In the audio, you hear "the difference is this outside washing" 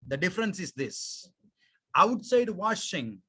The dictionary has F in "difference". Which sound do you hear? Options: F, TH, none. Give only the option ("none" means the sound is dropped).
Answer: F